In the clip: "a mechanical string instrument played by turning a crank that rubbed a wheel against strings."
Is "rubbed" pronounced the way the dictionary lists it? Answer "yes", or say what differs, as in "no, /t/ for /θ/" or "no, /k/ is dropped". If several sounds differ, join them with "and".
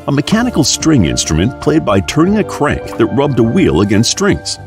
yes